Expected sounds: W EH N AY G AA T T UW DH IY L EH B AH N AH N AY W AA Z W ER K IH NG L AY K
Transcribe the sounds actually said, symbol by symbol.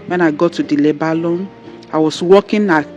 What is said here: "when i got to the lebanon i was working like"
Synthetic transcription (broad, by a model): W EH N AY G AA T T UW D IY L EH B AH L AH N AY W AA S W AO K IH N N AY